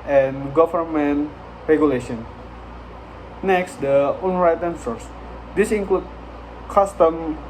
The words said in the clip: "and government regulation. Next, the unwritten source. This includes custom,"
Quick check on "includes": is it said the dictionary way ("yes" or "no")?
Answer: no